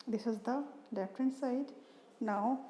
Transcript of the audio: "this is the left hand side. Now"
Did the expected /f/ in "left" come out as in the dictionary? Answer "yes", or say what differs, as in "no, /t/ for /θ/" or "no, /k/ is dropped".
no, /f/ is dropped